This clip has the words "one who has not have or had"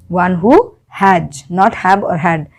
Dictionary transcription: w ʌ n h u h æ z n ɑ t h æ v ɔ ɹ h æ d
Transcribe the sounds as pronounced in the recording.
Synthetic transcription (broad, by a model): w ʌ n h u h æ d n ɑ t h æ b ɔ ɹ h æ d